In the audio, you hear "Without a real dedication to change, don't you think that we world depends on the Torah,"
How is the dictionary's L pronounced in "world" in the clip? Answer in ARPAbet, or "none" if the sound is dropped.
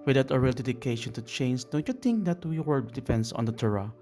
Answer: none